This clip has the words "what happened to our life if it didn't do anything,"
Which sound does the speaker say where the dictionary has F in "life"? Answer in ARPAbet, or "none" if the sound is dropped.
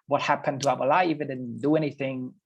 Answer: none